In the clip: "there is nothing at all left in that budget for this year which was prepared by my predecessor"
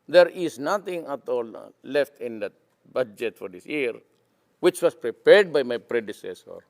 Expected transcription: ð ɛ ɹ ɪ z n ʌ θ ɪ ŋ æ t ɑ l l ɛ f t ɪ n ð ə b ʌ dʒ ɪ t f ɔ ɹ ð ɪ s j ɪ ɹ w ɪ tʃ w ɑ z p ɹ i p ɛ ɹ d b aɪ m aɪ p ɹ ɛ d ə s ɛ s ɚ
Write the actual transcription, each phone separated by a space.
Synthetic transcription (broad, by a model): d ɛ ɹ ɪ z n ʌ t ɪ ŋ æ t ɑ l l ɛ f t ɪ n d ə b ʌ dʒ ɪ t f ɔ ɹ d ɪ s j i ɹ w ɪ tʃ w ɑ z p ɹ i p ɛ ɹ d b aɪ m aɪ p ɹ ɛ d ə s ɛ s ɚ